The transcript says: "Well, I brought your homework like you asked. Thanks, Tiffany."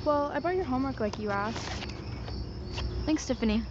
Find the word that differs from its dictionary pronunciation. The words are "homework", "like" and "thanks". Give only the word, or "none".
none